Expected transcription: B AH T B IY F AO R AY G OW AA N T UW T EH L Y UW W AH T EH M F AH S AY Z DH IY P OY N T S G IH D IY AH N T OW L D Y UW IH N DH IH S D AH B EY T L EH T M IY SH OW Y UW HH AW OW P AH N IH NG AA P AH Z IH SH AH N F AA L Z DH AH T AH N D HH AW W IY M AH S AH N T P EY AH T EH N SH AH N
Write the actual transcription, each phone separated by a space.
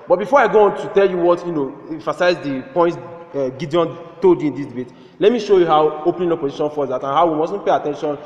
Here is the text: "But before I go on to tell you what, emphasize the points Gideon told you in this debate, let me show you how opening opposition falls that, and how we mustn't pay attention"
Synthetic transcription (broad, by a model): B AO T B IY F AO R AY G OW AA N T UW T EH L Y UW W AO T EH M F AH S AY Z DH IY P OY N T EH G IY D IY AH N T OW L D Y UW IH N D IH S D AH B EY T L EH T M IY SH OW Y UW HH AW OW P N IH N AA P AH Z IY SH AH N F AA Z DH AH T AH N HH AW W IY M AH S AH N P EY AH T EH N SH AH N